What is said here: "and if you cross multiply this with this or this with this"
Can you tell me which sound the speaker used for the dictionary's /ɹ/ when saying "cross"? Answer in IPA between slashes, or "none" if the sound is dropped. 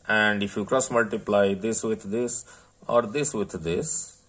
/ɹ/